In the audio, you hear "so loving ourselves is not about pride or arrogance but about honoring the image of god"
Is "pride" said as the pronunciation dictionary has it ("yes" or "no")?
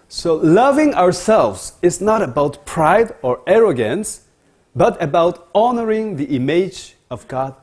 yes